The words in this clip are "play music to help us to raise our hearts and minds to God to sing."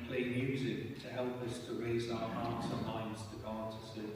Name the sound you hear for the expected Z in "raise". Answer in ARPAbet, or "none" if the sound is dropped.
Z